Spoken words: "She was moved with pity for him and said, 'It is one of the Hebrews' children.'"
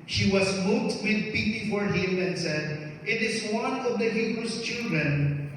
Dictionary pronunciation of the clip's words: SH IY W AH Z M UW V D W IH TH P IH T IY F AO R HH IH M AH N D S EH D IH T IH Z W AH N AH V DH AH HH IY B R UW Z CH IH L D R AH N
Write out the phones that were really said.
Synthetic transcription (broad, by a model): SH IY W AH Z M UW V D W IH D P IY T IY F AO R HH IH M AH N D S EH D IH T IH Z W AH N AH V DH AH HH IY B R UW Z CH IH L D R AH N